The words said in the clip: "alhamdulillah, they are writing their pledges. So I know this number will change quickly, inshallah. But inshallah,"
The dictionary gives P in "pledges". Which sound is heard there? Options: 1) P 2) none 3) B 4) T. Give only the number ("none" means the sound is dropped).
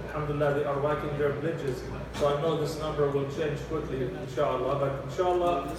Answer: 3